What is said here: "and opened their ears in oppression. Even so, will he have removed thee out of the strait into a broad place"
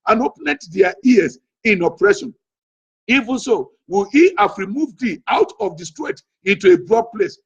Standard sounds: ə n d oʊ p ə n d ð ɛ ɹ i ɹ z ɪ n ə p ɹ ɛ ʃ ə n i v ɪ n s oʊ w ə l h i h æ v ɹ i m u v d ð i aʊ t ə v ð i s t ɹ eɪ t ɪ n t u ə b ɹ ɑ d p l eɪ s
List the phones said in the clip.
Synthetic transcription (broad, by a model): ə n oʊ p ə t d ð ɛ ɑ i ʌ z ɪ n ə p ɹ ɛ ʃ ə n i v ɪ n s oʊ w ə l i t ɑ f ɹ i m u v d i aʊ t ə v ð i s t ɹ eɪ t ɪ n t u ə b ɹ ɑ d p l eɪ s